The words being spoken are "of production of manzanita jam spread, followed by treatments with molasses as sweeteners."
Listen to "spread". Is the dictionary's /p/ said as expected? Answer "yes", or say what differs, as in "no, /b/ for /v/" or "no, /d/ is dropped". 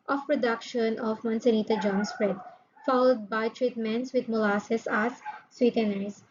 yes